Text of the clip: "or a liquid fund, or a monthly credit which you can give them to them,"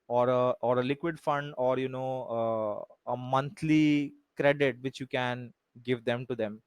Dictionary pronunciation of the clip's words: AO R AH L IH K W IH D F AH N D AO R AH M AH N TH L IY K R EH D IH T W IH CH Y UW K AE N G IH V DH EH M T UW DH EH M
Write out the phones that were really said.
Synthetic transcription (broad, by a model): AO R AH L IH K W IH D F AH N D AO R AH M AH N T L IY K R EH D IH T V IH CH Y UW K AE N G IH V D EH M T UW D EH M